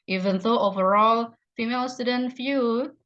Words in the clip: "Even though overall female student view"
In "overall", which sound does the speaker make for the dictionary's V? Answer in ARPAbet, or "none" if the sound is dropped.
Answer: V